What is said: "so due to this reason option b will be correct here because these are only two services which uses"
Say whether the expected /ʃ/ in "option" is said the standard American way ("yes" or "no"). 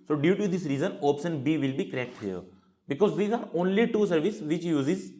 no